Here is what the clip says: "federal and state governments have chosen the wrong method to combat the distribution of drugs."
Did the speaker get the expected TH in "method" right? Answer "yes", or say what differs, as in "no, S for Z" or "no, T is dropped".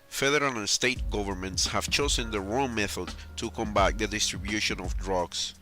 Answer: yes